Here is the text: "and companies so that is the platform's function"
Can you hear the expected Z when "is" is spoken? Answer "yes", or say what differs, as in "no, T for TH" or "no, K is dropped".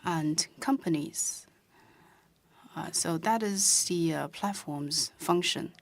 yes